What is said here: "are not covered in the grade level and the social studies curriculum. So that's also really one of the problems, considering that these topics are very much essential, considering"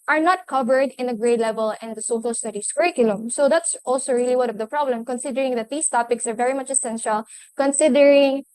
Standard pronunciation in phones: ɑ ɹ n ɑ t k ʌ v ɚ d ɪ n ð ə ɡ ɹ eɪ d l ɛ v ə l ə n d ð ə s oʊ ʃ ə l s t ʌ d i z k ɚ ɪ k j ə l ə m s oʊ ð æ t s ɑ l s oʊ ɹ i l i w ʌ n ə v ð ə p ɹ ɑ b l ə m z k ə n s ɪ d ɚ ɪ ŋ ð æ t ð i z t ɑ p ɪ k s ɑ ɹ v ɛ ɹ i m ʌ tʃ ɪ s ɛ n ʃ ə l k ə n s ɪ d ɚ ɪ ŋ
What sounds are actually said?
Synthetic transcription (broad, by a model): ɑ ɹ n ɑ t k ʌ v ɚ d ɪ n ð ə ɡ ɹ eɪ d l ɛ v ə l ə n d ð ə s oʊ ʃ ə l s t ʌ d i s k ɚ ɪ k j ə l ə m s oʊ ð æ t s ɑ l s oʊ ɹ i l i w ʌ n ə v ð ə p ɹ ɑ b l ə m k ə n s ɪ d ɚ ɪ ŋ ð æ t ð i s t ɑ p ɪ k s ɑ ɹ v ɛ ɹ i m ʌ tʃ ɪ s ɛ n ʃ ə l k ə n s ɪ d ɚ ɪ ŋ